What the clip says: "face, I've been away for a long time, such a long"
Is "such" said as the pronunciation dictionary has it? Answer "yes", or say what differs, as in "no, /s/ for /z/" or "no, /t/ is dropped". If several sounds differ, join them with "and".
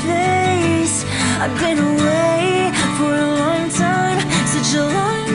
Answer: no, /tʃ/ is dropped